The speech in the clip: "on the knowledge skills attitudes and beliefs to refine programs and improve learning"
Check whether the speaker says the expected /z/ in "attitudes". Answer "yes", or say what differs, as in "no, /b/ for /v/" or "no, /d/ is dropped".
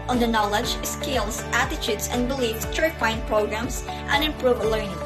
no, /s/ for /z/